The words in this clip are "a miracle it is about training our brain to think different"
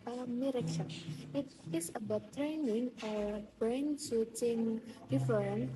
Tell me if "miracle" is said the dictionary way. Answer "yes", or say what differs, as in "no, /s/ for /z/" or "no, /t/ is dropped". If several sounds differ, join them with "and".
no, /n/ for /l/